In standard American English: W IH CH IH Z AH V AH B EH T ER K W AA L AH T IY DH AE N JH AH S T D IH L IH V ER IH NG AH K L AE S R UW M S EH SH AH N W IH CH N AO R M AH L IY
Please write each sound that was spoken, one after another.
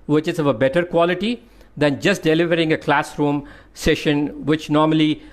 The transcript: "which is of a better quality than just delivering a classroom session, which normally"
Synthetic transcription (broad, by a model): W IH CH IH Z AH V AH B EH T ER K W AA L AH T IY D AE N JH AH S T D IH L IH V ER IH NG AH K L AE S R UW M S EH SH AH N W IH CH N AO R M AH L IY